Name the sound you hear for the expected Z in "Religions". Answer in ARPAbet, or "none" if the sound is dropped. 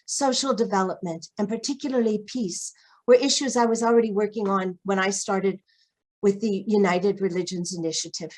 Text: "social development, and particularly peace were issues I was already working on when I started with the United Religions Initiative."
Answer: Z